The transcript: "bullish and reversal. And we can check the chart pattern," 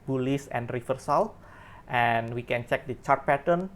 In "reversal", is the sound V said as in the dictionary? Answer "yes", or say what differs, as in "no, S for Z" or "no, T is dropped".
no, F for V